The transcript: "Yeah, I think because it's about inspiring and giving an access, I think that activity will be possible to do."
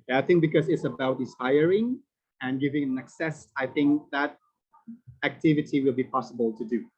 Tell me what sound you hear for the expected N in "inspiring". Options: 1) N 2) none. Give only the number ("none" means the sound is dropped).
2